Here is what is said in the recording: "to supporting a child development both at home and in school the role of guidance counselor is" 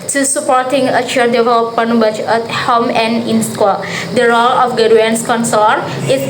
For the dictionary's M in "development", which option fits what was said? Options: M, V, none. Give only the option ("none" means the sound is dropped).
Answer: none